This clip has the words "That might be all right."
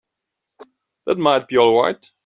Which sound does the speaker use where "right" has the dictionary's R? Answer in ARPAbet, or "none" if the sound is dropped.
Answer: W